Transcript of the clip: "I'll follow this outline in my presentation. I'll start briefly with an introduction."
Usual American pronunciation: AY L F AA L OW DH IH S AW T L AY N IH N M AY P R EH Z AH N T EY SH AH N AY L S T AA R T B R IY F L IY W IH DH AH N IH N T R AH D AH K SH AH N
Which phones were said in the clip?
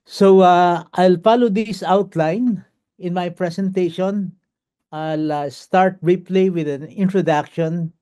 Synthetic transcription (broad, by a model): AY L F AA L OW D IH S AW T L AY N IH N M AY P R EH S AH N T EY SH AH N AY L S T AA R T R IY P L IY W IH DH AH N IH N T R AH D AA K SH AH N